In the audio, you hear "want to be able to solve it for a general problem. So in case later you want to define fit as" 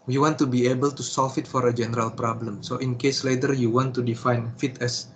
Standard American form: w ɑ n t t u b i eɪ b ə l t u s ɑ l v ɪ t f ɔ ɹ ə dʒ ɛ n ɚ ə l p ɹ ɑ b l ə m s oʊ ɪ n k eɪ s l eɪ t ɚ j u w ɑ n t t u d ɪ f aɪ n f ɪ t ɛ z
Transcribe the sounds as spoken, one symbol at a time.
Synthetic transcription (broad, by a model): w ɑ n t t u b i eɪ b ə l t u s ɑ l f ɪ t f ɔ ɹ ə dʒ ɛ n ɚ ə l p ɹ ɑ b l ə m s oʊ ɪ n k eɪ s l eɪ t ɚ j u w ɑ n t t u d ɪ f aɪ n f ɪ t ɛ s